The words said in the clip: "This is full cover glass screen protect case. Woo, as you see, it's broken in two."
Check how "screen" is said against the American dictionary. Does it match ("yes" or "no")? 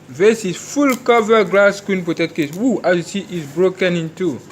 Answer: no